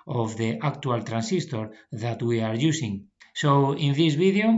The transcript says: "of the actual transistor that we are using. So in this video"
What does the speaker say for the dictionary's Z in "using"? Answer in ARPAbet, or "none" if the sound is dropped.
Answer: S